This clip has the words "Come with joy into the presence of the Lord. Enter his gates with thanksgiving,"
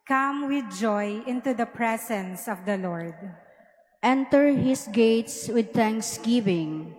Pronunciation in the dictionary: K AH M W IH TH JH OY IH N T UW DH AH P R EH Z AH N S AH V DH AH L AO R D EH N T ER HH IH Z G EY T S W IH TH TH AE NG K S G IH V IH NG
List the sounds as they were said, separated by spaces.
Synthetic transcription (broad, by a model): K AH M W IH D JH OY IH N T UW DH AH P R EH S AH N S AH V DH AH L AO R D EH N T ER HH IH S G EY T S W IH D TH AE NG K S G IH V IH NG